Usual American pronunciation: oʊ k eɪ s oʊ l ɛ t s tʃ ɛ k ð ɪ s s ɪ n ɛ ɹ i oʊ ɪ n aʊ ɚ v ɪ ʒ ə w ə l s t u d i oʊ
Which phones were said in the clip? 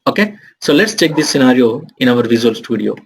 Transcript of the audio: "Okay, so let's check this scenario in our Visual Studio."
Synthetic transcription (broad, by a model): oʊ k eɪ s oʊ l ɛ t s tʃ ɛ k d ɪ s s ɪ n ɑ ɹ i oʊ ɪ n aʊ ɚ v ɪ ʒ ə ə l s t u d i oʊ